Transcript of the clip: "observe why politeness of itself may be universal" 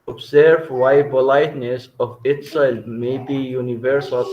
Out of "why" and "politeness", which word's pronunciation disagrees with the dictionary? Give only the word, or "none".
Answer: politeness